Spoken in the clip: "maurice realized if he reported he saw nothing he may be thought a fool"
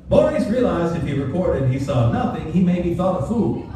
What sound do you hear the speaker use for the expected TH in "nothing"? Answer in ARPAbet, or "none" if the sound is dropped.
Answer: TH